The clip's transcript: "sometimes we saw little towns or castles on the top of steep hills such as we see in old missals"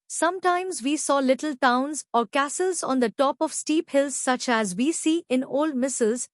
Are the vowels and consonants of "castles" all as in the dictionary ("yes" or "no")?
yes